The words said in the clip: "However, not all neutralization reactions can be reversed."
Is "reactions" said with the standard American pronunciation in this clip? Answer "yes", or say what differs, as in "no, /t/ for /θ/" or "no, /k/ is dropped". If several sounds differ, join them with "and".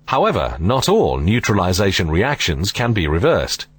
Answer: yes